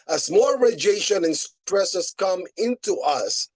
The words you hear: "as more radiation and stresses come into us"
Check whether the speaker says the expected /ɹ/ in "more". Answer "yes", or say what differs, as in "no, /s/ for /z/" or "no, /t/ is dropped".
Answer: no, /l/ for /ɹ/